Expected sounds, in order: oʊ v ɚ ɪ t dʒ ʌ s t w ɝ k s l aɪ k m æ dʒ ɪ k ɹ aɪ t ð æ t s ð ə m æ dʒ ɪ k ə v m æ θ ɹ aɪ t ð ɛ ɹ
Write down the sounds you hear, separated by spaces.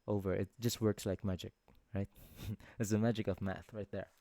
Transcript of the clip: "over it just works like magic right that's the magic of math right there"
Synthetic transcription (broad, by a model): oʊ v ɚ ɪ t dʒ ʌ s t w ɝ k s l aɪ k m æ dʒ ɪ k ɹ aɪ t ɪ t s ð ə m æ dʒ ɪ k ə v m æ θ ɹ aɪ t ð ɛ ɹ